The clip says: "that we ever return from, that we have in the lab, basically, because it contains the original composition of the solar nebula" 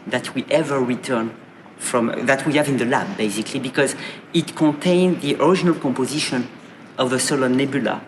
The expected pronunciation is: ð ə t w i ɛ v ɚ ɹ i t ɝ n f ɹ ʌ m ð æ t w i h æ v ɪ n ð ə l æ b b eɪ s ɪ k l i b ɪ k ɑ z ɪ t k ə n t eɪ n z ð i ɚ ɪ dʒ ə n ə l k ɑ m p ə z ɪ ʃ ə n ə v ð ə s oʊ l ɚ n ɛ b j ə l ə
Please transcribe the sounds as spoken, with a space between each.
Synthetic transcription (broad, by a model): ð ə t w i ɛ v ɚ ɹ i t ɝ n f ɹ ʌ m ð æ t w i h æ v ɪ n ð ə l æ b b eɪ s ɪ k l i b ɪ k ɑ z ɪ t k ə n t eɪ n ð i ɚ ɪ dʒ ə n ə l k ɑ m p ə z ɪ ʃ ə n ə v ð ə s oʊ l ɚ n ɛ b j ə l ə